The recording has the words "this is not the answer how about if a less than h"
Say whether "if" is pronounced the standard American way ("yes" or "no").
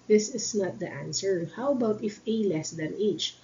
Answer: yes